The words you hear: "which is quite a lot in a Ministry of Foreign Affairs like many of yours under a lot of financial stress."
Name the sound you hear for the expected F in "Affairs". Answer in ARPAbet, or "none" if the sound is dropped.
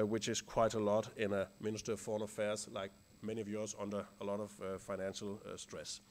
F